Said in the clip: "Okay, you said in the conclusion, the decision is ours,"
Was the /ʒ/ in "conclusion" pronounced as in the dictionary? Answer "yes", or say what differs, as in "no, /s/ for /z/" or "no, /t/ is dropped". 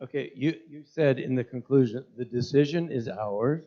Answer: yes